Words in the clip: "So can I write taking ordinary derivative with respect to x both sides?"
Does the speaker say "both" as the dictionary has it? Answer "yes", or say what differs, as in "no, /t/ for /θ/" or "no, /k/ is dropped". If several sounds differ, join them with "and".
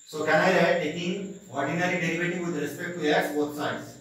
no, /t/ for /θ/